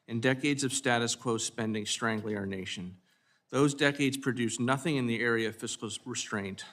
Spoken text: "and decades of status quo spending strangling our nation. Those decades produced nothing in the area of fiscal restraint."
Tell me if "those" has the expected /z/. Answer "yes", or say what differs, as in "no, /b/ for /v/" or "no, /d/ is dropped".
yes